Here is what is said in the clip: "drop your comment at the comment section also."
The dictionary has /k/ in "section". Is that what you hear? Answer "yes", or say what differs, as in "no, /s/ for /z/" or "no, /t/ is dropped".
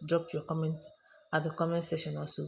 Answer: no, /k/ is dropped